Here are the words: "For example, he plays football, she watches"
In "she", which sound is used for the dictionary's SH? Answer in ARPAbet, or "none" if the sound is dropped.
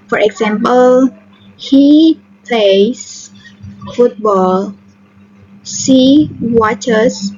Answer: S